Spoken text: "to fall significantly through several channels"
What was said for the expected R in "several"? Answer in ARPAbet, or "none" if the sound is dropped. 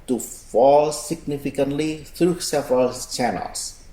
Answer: R